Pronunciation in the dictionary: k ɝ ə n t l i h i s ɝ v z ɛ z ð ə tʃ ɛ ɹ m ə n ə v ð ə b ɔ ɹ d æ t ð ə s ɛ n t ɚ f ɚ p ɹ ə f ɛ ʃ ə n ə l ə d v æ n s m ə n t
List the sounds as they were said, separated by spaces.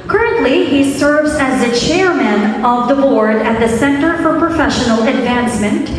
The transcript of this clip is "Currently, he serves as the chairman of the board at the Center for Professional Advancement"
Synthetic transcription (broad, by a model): k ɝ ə n t l i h i s ɝ v z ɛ z ð ə tʃ ɛ ɹ m ə n ə v ð ə b ɔ ɹ d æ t ð ə s ɛ n t ɚ f ɚ p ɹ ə f ɛ ʃ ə n l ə d v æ n s m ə n t